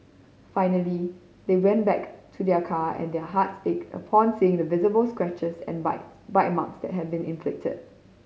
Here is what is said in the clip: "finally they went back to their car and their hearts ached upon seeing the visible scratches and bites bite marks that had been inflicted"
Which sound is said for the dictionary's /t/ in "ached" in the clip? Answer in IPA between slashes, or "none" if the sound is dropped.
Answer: none